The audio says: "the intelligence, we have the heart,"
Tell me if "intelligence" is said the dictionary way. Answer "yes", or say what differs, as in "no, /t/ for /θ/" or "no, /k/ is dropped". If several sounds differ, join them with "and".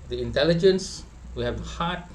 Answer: yes